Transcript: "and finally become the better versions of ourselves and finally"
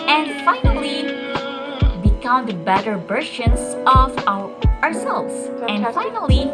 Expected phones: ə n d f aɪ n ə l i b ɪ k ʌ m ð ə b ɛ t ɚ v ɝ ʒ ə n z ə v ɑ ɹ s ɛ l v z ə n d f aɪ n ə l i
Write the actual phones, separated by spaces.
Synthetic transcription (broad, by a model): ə n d f aɪ n ə l i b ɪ k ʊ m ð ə b ɛ t ɚ b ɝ ʃ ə n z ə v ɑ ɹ s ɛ l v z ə n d f aɪ n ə l i